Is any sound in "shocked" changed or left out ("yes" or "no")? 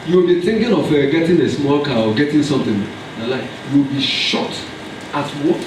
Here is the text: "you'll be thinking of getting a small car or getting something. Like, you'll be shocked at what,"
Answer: yes